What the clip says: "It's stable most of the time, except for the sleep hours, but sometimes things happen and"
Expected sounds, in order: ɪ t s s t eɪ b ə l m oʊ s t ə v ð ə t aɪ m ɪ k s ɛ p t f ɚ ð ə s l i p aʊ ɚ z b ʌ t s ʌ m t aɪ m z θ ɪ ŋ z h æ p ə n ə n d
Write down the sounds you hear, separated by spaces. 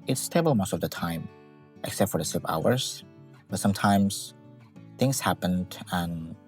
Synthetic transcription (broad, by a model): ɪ t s s t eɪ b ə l m oʊ s t ə v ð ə t aɪ m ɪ k s ɛ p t f ɚ ð ə s i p aʊ ɚ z b ʌ t s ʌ m t aɪ m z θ ɪ ŋ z h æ p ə n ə n